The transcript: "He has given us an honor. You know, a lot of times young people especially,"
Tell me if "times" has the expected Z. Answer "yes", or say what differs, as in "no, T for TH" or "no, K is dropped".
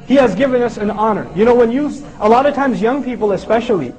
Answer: yes